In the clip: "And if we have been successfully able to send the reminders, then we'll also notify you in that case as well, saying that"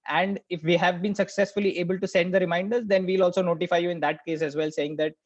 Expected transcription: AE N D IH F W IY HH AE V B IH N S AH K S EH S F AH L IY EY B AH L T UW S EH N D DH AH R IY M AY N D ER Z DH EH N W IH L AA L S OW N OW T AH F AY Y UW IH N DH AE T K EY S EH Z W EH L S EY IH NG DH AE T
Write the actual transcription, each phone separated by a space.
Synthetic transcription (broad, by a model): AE N D IH F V IY HH AE V B IH N S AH K S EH S F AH L IY EY B AH L T UW S EH N D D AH R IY M AY N D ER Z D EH N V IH L AA L S OW N OW T AH F AY Y UW IH N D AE T K EY S EH Z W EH L S EY IH NG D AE T